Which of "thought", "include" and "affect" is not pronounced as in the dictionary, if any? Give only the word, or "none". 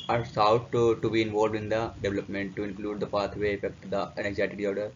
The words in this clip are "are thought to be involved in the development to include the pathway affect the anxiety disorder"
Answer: thought